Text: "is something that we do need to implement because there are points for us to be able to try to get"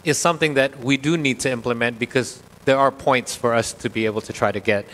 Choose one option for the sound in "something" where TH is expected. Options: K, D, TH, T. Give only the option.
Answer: TH